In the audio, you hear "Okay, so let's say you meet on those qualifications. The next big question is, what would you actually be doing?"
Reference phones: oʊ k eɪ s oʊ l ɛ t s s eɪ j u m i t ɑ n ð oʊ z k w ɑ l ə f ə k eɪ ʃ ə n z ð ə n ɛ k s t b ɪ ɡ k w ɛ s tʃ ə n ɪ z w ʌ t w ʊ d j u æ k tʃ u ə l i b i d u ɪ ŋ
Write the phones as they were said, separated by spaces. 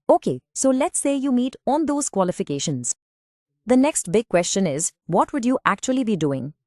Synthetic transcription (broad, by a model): oʊ k eɪ s oʊ l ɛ t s s eɪ j u m i t ɑ n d oʊ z k w ɑ l ə f ə k eɪ ʃ ə n z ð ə n ɛ k s t b ɪ ɡ k w ɛ s tʃ ə n ɪ z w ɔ t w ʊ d j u æ k tʃ u ə l i b i d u ɪ ŋ